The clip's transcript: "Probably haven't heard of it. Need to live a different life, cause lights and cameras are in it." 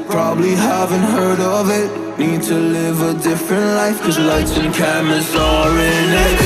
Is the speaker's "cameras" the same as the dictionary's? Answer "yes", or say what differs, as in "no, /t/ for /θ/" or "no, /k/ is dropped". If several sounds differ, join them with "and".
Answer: no, /ɹ/ is dropped